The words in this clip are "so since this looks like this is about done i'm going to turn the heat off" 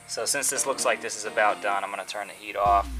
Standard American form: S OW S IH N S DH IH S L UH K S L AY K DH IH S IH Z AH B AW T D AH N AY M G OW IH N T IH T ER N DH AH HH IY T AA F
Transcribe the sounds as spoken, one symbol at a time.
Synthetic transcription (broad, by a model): S OW S IH N S DH IH S L UH K S L AY K DH IH S IH Z AH B AW T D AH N AY M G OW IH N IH T ER N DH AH HH IY T AA F